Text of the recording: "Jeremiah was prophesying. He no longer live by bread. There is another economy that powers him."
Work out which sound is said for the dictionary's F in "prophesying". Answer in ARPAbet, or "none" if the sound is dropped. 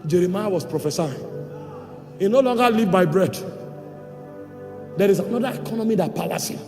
F